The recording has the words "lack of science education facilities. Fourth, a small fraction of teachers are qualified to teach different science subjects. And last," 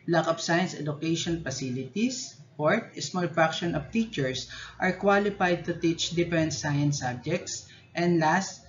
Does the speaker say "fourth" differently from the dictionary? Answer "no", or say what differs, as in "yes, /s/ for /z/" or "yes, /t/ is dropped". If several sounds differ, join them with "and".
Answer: yes, /t/ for /θ/